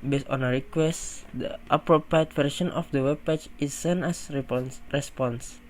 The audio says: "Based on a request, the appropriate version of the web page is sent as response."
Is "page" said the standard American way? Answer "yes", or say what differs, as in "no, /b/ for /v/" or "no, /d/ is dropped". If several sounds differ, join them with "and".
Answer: no, /tʃ/ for /dʒ/